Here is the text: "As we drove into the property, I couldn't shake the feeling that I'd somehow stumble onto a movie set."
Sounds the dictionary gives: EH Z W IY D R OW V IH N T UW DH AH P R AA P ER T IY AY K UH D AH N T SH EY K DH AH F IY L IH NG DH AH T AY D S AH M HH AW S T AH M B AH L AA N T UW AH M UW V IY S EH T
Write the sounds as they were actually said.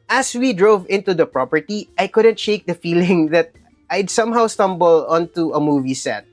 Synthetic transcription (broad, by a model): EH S W IY D R OW V IH N T UW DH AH P R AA P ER T IY AY K UH D AH N T SH EY K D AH F IY L IH NG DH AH T AY D S AH M HH AW S T AH M B AH L AA N T UW AH M UW V IY S EH T